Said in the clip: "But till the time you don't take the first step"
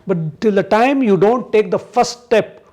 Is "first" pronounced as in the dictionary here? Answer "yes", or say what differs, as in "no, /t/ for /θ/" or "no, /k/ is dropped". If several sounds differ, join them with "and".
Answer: no, /s/ is dropped